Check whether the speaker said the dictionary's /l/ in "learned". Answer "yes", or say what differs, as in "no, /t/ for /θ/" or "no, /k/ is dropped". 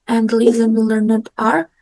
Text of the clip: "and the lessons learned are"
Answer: yes